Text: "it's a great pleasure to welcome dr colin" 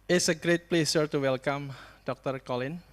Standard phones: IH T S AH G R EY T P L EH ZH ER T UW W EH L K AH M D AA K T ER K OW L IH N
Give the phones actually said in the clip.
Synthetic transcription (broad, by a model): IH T S AH G R EY T P L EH S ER T UW W EH L K AH M D AA K T ER K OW L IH N